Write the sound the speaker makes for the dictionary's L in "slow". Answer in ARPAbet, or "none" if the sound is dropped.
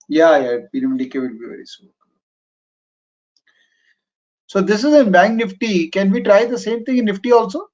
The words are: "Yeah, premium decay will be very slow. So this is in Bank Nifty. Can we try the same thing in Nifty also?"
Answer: none